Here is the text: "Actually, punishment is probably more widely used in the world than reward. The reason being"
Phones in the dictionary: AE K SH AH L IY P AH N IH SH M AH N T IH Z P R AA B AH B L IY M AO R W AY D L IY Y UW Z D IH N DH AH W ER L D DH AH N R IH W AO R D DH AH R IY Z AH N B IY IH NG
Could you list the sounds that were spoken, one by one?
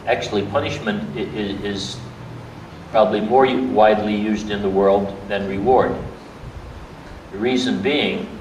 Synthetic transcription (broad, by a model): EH K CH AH L IY P AH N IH SH M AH N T IH Z P R AA B AH B L IY M AO R W AY D L IY Y UW Z D IH N DH AH W ER L D DH AH N R IH W AO R D DH AH R IY Z AH N B IY IH NG